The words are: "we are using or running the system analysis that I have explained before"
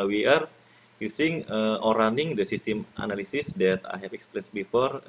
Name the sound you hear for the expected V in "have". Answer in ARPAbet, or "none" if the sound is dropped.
P